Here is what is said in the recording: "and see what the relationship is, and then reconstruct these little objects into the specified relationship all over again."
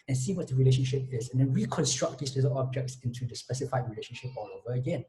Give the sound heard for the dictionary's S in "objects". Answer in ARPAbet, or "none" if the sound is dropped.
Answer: S